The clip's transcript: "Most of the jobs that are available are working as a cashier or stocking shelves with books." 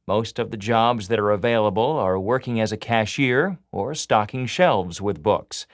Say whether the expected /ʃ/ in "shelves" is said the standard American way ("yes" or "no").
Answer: yes